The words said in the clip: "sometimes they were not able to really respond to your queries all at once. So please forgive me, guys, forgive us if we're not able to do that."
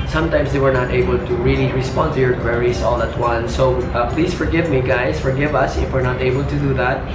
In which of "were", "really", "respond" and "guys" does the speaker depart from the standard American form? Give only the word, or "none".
guys